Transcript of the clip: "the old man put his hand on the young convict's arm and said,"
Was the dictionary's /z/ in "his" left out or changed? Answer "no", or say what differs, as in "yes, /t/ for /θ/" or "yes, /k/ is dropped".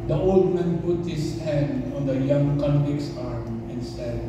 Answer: yes, /s/ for /z/